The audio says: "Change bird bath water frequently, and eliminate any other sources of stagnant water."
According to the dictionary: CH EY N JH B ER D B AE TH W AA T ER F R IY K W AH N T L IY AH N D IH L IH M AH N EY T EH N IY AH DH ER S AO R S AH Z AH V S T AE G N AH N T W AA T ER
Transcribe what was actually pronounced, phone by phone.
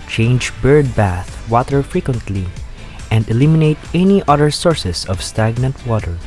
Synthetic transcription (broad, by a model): CH EY N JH B ER D B AE TH W AA T ER F R IY K W AH N T L IY AH N D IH L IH M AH N EY T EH N IY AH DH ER S AO R S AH S AH V S T AE G N AH N T W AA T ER